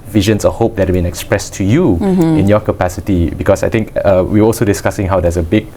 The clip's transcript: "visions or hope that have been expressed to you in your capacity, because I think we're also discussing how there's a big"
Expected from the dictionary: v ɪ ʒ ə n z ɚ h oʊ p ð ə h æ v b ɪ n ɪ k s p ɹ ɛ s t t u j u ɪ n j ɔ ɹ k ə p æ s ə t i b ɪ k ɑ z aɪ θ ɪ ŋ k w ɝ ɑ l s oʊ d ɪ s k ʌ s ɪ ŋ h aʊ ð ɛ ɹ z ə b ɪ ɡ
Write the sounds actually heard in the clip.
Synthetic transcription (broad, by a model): v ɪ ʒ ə n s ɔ h oʊ p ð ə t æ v b ɪ n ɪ k s p ɹ ɛ s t t u j u ɪ n j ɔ k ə p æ s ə t i b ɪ k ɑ s aɪ t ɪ ŋ k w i ɑ l s oʊ d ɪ s k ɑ s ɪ ŋ h aʊ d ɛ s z ə b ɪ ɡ